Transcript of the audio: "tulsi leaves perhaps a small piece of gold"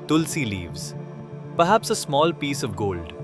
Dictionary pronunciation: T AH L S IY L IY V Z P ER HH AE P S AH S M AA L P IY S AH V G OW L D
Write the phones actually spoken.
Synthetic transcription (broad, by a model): T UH L S IY L IY V Z P ER HH AE P S AH S M AA L P IY S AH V G OW L D